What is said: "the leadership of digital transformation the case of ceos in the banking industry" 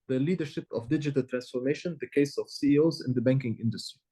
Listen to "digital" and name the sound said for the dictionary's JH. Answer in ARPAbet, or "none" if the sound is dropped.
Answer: JH